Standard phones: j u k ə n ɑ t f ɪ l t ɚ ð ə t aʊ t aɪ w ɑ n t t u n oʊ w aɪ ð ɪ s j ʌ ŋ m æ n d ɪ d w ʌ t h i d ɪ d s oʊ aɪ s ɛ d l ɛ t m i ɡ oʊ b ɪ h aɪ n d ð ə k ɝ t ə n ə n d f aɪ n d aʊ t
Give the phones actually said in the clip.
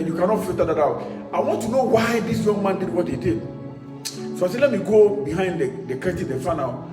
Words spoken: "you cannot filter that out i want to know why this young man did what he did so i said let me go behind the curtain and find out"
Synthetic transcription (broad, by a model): j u k ə n ɑ t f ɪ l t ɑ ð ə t aʊ t aɪ w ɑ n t t u n oʊ w aɪ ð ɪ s j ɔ ŋ m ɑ n d ɪ d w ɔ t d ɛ d ɪ d s oʊ aɪ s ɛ l ɛ t m i ɡ oʊ b ɪ h aɪ n d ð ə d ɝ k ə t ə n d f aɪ n aʊ